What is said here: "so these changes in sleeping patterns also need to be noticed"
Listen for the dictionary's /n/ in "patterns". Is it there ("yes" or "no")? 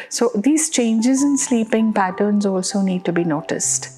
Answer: yes